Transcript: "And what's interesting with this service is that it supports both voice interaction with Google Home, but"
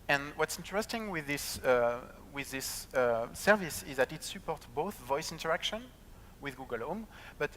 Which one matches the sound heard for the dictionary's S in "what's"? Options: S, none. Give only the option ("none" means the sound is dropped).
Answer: S